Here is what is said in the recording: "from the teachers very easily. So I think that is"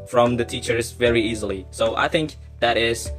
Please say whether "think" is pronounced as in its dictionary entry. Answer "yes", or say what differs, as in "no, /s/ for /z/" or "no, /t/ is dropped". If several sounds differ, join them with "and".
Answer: yes